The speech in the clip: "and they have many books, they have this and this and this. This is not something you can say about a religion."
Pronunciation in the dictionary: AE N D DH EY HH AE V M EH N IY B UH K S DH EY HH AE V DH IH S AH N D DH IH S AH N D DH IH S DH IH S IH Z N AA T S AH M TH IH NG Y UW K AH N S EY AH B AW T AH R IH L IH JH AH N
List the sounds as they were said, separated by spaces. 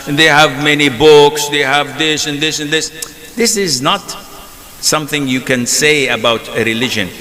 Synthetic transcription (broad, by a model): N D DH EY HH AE V M EH N IY B UH K S DH EY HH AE V DH IH S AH N DH IH S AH N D DH IH S DH IH S IH Z N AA T S AH M TH IH NG Y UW K AH N S EY AH B AW T AH R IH L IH JH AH N